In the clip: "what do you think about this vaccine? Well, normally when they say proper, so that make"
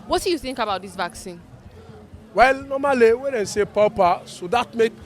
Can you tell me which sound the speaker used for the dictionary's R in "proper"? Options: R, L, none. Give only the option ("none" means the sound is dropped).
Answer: none